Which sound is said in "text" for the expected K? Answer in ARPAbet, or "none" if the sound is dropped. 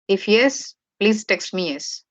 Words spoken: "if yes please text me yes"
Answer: K